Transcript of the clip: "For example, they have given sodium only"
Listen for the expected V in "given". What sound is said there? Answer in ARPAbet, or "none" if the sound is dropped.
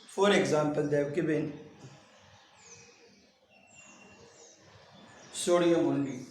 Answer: B